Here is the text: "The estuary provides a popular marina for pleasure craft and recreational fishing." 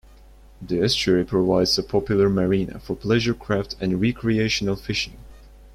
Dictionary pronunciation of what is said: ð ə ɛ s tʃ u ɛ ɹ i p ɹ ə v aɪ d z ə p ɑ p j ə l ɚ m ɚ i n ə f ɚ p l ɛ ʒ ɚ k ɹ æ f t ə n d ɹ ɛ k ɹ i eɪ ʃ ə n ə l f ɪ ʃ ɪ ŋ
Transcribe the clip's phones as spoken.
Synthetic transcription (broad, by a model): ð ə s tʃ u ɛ ɹ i p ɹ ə v aɪ d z ə p ɑ p j ə l ɚ m ɚ i n ə f ɚ p l ɛ ʒ ɚ k ɹ æ f t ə n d ɹ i k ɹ i eɪ ʃ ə n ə l f ɪ ʃ ɪ ŋ